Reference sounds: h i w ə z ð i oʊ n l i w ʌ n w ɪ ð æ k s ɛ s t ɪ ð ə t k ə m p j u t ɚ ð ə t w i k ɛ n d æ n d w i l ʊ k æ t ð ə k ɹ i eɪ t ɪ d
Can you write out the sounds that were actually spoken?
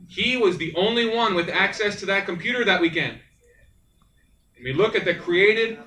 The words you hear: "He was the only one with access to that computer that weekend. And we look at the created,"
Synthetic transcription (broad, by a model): h i w ə z ð i oʊ n l i w ʌ n w ɪ ð æ k s ɛ s t ɪ ð ə t k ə m p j u t ɚ ð ə t w i k ɛ n d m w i l ʊ k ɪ t ð ə k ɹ i eɪ t ɪ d